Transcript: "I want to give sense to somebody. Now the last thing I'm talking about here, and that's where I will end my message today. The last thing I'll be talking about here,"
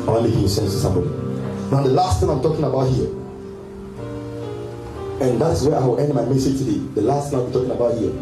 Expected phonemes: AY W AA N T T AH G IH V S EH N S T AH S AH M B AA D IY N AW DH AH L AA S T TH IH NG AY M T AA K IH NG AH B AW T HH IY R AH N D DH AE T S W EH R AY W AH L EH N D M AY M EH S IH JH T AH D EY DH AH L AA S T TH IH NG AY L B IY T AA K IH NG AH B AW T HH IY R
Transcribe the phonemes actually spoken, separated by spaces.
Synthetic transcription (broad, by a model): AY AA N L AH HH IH W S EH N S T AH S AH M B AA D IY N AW DH AH L AA S T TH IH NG AY M T AA K IH NG AH B AW T HH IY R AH N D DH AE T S W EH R AY W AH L EH N D M AY M EH S IH JH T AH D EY DH AH L AA S T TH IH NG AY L B IY T AA K IH NG AH B AW T HH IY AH